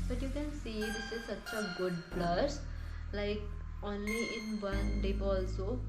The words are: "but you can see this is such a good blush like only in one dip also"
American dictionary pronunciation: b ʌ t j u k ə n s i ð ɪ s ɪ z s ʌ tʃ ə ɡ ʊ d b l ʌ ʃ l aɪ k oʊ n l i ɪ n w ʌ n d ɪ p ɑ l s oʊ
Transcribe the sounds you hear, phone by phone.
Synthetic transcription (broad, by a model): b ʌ t j u k ə n s i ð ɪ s ɪ z s ʌ tʃ ə ɡ ʊ d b l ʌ s l aɪ k oʊ n l i ɪ n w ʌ n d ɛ b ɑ l s oʊ